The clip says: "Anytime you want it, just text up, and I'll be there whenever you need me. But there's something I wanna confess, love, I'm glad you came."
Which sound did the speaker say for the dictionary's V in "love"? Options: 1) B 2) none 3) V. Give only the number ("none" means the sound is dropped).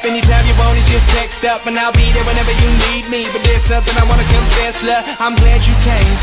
2